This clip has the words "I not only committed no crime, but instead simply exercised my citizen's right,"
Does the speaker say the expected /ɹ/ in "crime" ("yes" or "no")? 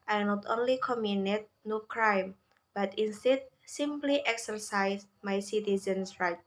yes